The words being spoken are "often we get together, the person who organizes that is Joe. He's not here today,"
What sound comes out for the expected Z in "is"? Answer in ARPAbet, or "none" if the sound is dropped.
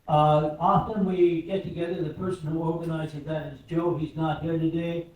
Z